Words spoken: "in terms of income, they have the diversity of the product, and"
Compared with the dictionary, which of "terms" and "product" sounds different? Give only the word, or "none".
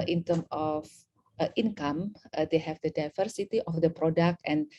terms